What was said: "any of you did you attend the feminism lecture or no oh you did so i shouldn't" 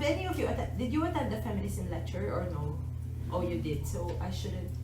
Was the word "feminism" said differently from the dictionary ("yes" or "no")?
yes